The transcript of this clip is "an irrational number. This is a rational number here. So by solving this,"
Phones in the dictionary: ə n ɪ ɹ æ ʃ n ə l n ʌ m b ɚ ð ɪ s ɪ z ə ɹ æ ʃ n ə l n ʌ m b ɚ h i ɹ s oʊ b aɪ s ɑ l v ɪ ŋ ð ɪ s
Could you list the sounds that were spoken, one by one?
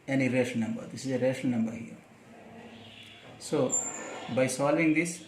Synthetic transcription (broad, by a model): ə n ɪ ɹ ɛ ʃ ə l n ʌ m b ɚ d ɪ s ɪ z ə ɹ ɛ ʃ ə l n ʌ m b ɚ h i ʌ s oʊ b aɪ s ɑ l v ɪ ŋ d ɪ s